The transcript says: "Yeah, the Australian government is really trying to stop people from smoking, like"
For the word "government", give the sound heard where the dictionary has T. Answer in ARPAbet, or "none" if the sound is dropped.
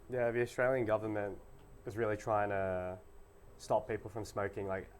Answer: T